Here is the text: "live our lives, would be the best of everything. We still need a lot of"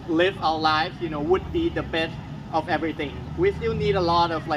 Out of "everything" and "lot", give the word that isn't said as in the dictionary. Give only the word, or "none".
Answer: none